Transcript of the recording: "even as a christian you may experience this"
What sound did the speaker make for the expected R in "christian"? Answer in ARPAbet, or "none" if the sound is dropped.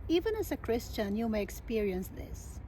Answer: R